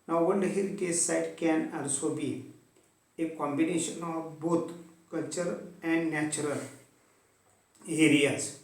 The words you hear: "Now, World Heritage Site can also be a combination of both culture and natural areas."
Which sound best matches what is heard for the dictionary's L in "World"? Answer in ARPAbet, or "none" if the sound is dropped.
N